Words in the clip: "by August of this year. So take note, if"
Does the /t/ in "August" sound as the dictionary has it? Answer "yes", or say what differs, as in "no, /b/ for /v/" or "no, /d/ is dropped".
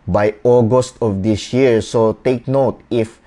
yes